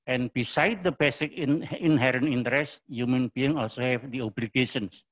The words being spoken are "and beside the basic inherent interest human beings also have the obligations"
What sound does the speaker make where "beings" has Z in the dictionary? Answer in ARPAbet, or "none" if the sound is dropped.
none